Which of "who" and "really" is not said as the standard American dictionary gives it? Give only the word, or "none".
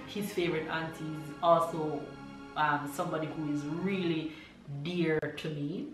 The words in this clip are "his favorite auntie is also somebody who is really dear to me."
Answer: none